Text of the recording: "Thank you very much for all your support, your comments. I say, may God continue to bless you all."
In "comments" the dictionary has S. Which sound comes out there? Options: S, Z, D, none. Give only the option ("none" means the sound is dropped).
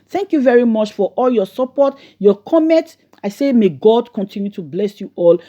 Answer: none